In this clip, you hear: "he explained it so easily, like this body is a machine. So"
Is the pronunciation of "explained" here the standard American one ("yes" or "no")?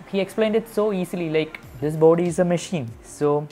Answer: yes